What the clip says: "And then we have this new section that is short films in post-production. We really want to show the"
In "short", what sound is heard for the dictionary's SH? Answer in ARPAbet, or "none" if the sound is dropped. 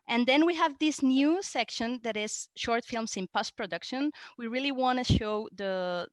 SH